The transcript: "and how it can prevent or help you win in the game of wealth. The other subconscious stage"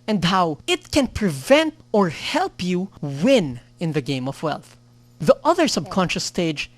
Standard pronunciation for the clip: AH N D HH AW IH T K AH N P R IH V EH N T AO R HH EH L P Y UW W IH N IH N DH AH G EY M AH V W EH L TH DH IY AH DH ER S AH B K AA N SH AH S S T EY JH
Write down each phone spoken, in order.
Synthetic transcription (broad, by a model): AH N D HH AW IH T K AH N P R IH V EH N T AO R HH EH L P Y UW W IH N IH N DH AH G EY M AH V W EH L TH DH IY AH DH ER S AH B K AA N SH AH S S T EY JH